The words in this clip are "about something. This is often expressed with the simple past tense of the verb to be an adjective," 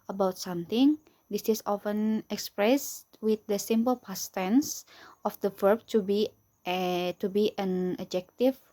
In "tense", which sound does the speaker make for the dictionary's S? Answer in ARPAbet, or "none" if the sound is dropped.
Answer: S